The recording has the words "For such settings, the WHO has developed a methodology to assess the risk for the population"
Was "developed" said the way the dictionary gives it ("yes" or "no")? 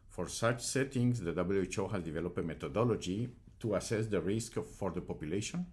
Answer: no